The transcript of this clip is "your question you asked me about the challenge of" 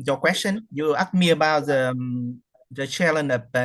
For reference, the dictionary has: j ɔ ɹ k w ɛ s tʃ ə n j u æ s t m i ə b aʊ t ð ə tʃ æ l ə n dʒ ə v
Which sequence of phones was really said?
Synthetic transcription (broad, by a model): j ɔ k w ɛ s tʃ ə n j u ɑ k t m i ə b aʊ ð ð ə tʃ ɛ l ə n ə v